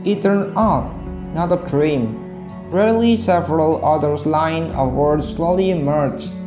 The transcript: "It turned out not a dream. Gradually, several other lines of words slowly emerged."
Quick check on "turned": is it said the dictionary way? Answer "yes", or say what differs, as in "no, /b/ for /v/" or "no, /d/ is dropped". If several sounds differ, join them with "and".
no, /d/ is dropped